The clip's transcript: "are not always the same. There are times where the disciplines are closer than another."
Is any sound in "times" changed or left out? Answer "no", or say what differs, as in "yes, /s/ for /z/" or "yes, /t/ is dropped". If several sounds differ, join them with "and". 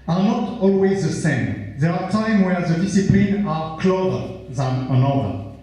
yes, /z/ is dropped